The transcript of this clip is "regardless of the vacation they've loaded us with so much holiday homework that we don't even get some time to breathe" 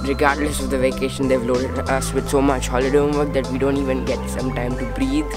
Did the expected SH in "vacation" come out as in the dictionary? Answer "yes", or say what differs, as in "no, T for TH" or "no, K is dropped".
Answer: yes